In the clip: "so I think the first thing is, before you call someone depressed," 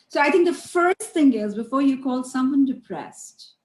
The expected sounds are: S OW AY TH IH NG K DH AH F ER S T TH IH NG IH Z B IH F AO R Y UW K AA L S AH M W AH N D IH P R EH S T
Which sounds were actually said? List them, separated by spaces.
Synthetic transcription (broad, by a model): S OW AY T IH NG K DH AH F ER S T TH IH NG IH Z B IH F AO R Y UW K AA L S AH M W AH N D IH P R EH S T